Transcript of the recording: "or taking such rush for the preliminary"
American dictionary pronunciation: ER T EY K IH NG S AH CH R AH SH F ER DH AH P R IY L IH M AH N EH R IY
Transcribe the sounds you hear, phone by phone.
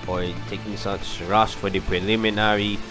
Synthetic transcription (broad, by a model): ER T EY K IH NG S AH S R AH S F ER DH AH P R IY L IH M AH N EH R IY